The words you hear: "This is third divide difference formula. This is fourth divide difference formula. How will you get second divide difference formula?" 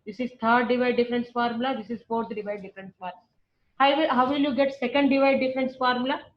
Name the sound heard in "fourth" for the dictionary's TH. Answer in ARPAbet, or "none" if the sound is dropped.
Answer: T